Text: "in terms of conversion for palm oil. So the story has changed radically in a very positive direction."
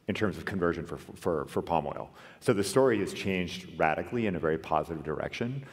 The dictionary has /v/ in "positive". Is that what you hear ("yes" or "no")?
yes